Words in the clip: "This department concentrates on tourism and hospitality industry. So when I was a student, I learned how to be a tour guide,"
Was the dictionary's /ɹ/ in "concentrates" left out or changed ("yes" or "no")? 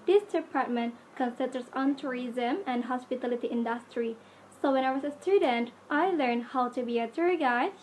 yes